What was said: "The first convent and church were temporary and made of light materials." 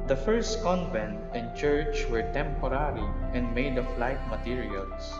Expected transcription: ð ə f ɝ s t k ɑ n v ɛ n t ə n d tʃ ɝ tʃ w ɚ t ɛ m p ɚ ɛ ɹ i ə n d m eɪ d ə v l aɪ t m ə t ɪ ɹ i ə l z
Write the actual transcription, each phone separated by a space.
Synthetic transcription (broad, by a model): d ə f ɝ s t k ɑ n v ɛ n t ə n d tʃ ɝ tʃ w ɚ t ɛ m p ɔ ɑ ɹ i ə n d m eɪ d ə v l aɪ t m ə t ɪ ɹ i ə l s